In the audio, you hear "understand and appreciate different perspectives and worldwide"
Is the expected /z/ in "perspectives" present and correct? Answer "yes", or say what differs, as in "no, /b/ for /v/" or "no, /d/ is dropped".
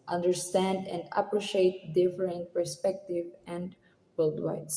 no, /z/ is dropped